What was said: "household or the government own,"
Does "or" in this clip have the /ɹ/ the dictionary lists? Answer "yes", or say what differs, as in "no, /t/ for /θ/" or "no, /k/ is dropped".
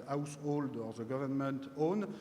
yes